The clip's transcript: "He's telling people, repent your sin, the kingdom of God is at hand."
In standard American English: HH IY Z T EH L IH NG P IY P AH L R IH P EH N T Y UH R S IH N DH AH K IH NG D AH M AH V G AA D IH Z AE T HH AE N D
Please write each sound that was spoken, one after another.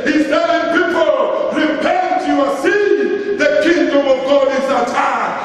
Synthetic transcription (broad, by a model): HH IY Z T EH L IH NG P IY P AH L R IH B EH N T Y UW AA S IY DH AH K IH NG D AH M AH V G AA D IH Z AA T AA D